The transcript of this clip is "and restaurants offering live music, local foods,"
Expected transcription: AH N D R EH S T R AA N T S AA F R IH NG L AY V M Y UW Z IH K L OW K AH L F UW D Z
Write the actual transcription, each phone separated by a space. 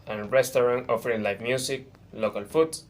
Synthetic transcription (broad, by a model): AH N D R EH S T R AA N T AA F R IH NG L AY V M Y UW S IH K L OW K AH L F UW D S